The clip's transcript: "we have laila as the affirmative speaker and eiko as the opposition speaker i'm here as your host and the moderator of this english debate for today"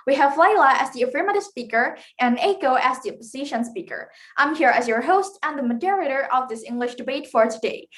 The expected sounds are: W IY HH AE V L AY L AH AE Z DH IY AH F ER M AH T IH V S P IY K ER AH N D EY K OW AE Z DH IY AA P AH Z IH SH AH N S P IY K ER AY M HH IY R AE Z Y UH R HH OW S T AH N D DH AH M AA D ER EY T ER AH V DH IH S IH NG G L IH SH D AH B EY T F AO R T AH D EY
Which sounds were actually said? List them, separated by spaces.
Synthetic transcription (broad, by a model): W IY HH AE V L AY L AH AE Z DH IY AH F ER M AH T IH S P IY K ER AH N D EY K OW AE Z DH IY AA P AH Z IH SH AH N S P IY K ER AY M HH IY R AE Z Y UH R HH OW S T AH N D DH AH M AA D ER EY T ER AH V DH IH S IH NG G L IH SH D AH B EY T F AO R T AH D EY